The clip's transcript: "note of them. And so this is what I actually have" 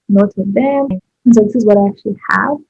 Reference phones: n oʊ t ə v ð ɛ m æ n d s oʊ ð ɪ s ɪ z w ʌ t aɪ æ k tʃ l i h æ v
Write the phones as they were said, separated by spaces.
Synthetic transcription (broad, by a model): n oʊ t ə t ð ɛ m n s oʊ ð ɪ s ɪ z w ʌ t aɪ æ k tʃ l i h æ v